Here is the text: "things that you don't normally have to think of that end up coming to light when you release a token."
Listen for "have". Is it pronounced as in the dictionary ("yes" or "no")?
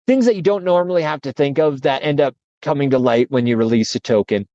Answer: no